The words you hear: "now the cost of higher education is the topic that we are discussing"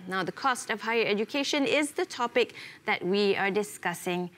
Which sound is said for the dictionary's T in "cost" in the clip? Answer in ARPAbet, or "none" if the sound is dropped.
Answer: T